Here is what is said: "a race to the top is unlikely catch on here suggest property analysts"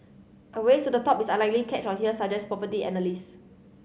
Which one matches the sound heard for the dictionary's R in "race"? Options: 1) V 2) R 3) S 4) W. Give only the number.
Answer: 4